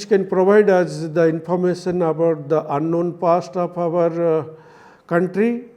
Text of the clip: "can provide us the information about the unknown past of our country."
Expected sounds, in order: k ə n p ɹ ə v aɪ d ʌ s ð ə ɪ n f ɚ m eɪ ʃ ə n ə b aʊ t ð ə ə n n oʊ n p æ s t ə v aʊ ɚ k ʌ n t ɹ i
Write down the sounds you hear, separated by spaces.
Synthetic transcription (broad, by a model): k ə n p ɹ ə v aɪ d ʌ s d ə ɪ n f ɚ m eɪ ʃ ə n ə b aʊ t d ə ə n n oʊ n p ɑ s t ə p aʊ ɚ k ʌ n t ɹ i